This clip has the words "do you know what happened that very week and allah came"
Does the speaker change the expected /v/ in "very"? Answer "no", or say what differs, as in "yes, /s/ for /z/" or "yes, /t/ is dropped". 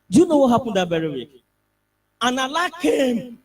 yes, /b/ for /v/